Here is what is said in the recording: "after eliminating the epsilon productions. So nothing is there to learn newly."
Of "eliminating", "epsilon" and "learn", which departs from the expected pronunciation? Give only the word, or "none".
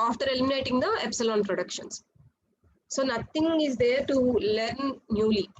none